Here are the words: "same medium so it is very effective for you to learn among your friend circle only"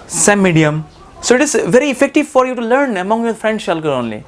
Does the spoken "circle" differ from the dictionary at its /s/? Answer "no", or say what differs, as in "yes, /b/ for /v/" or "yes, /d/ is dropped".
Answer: yes, /ʃ/ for /s/